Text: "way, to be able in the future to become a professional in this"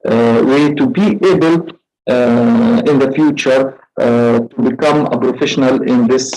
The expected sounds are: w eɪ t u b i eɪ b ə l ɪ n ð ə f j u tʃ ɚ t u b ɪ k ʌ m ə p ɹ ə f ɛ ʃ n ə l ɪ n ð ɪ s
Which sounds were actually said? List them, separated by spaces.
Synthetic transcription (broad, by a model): w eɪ t u b i eɪ b ə l ɪ n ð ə f j u tʃ ɚ t u b ɪ k ʌ m ə p ɹ ə f ɛ ʃ n ə l ɪ n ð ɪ s